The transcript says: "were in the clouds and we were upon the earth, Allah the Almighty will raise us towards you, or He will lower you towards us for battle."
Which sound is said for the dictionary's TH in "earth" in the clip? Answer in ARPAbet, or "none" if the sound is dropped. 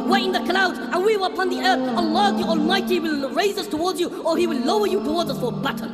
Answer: TH